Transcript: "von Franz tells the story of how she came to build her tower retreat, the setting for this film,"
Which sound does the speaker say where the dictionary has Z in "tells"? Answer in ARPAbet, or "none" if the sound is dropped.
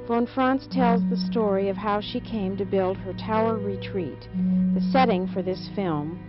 Z